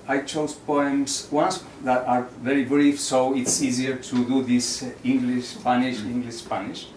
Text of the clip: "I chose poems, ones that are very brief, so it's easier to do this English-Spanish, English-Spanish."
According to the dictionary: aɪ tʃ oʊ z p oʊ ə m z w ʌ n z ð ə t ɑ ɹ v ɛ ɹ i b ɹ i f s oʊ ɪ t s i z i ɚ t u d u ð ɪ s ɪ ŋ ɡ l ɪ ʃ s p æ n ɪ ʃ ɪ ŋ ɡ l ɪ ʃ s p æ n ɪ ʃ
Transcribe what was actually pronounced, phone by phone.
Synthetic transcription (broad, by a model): aɪ tʃ oʊ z p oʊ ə m s w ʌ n s ð ə t ɑ ɹ v ɛ ɹ i b ɹ i f s oʊ ɪ t s i z i ɚ t u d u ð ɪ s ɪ ŋ ɡ l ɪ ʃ s p æ n ɪ ʃ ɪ ŋ ɡ l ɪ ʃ s p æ n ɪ ʃ